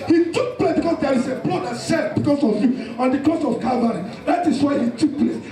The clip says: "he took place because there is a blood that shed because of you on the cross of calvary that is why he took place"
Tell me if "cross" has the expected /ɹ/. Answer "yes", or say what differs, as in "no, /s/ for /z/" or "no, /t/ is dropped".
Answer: no, /ɹ/ is dropped